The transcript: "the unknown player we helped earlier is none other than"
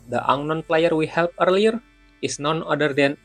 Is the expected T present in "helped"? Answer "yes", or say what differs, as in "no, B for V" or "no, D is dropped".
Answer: no, T is dropped